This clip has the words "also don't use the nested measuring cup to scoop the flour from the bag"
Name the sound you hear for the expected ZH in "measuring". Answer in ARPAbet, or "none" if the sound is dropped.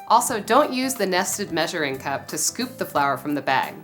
ZH